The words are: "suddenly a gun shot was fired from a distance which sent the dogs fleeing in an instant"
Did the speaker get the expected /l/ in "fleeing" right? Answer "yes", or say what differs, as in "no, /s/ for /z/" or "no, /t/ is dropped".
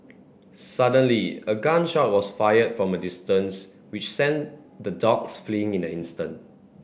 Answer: yes